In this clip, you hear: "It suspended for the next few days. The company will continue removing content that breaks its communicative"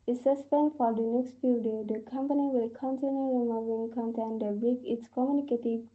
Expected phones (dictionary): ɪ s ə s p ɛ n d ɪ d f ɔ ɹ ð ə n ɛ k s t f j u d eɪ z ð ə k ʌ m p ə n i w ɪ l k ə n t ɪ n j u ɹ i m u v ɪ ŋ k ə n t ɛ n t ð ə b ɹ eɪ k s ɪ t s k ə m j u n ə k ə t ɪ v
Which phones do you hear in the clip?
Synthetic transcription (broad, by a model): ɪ s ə s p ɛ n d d f ɔ ɹ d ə n ɛ k s t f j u d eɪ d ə k ʌ m p ə n i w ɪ l k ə n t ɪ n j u ɹ i m u v ɪ ŋ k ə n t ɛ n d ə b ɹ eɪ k ɪ t s k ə m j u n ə k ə t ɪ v